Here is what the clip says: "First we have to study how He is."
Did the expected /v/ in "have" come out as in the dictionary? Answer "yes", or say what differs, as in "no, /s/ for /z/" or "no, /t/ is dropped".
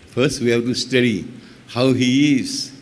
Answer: no, /b/ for /v/